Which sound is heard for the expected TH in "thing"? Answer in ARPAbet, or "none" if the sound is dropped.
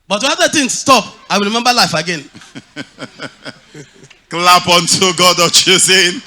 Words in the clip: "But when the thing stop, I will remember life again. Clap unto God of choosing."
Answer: T